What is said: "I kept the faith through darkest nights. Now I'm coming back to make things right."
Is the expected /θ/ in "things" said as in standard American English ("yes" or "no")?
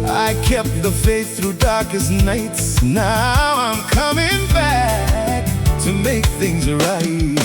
yes